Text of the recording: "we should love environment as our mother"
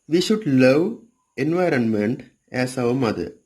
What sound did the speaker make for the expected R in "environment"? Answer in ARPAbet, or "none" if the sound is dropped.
R